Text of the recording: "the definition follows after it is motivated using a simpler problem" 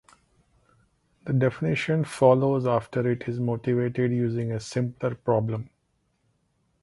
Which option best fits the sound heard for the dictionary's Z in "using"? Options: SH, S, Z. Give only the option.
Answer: Z